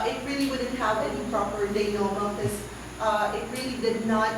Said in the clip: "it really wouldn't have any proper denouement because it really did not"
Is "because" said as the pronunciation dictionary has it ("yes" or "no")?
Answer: no